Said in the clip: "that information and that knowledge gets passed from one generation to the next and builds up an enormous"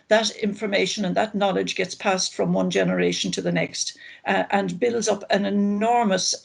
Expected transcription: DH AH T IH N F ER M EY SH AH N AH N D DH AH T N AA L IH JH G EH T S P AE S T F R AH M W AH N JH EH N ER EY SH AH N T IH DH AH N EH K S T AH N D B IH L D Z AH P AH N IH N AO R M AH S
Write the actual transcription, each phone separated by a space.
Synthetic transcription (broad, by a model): DH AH T IH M F ER M EY SH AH N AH N DH AH T N AA L IH JH G EH T S P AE S T F R AH M W AH N JH EH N ER EY SH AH N T IH DH AH N EH K S T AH N B IH L D Z AH P AH N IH N AO R M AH S